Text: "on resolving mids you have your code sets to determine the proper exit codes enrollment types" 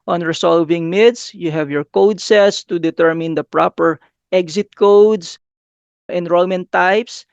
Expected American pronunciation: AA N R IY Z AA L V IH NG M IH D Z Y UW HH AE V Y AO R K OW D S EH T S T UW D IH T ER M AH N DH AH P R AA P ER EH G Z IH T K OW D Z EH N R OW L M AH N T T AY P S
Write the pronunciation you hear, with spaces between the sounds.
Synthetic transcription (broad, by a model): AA N R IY S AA L V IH NG M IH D S Y UW HH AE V Y AO R K OW D S EH T S T UW D IH T ER M AH N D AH P R AA P ER EH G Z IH T K OW D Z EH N R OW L M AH N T T AY P S